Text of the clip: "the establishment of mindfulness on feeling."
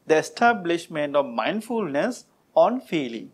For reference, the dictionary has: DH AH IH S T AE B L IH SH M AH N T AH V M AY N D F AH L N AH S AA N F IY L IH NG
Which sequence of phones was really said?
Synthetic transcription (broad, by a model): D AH IH S T AE B L IH SH M AH N T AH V M AY N D F AH L N AH S AA N F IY L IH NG